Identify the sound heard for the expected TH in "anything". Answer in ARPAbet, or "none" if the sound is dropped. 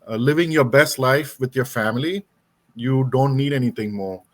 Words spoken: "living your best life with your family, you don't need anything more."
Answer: T